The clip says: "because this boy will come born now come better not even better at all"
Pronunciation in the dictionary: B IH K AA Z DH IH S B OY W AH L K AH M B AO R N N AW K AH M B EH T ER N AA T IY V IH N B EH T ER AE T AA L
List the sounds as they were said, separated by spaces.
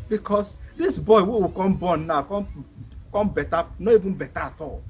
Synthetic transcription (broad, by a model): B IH K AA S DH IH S B OY W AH W K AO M B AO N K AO K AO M B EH T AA N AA IY V IH N B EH T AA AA T AA L